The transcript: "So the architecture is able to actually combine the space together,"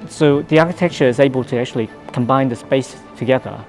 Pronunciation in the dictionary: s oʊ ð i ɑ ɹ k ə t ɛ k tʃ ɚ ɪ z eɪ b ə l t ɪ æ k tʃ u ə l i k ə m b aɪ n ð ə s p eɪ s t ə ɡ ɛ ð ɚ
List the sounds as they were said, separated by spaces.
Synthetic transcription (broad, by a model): s oʊ ð i ɑ ɹ k ə t ɛ k tʃ ɚ ɪ z eɪ b ə l t ɪ æ k tʃ u ə l i k ə m b aɪ n ð ə s p eɪ s t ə ɡ ɛ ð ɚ